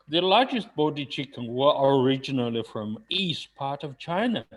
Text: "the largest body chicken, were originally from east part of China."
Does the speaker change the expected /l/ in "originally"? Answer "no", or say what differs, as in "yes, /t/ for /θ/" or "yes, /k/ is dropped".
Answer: no